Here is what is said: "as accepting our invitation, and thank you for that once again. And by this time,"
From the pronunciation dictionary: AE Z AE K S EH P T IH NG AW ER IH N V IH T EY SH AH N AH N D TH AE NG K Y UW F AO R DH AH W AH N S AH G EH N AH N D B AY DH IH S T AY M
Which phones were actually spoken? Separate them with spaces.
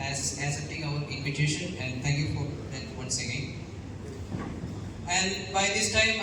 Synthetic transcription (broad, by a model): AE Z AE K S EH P T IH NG AW ER IH N V IH T EY SH AH N AH N D T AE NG K Y UW F AO R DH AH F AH S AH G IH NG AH N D B AY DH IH S T AY M